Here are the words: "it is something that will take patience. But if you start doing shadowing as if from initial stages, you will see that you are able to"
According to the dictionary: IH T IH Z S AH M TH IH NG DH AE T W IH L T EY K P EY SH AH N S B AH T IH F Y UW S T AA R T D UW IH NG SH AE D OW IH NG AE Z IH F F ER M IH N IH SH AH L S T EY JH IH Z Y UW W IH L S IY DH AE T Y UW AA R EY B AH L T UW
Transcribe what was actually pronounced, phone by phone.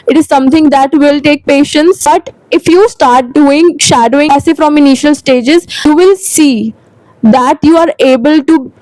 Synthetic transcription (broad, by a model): IH T IH Z S AH M T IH NG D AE T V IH L T EY K P EY SH AH N S B AH T IH F Y UW S T AA R T D UW IH NG SH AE D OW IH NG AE S IH F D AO M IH N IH SH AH L S T EY JH IH Z Y UW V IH L S IY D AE T Y UW AA R EY B AH L T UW